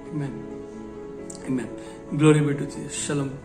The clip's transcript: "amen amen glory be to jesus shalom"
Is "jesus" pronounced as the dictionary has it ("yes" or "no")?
no